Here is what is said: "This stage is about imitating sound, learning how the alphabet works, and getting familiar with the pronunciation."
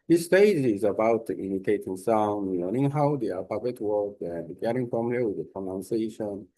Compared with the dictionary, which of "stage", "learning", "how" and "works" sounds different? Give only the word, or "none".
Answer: works